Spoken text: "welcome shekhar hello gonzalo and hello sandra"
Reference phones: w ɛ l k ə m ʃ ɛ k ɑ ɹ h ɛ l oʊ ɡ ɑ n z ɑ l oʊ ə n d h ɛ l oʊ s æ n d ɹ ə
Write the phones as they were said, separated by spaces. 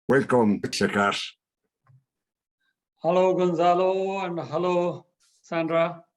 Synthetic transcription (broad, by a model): w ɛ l k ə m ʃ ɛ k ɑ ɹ h ɛ l oʊ ɡ ɑ n z ɑ l oʊ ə n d h ɛ l oʊ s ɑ n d ɹ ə